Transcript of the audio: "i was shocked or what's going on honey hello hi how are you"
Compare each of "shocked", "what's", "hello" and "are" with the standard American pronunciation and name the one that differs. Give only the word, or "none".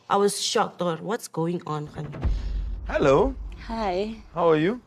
none